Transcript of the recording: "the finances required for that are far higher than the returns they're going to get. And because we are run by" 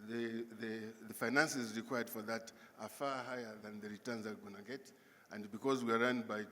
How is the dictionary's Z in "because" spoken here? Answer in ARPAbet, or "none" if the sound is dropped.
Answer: Z